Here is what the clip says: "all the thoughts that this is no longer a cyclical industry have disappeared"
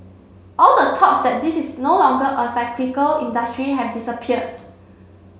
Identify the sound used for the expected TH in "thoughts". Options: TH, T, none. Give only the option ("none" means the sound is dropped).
T